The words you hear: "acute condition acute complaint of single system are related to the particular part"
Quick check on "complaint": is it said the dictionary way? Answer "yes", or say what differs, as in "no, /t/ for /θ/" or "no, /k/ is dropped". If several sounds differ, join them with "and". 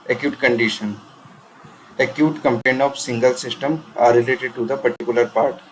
no, /l/ is dropped and /t/ is dropped